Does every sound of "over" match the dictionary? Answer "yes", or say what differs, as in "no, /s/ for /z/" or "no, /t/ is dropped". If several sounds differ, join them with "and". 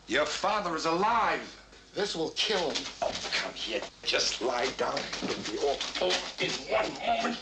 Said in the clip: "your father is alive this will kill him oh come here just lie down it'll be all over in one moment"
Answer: no, /v/ is dropped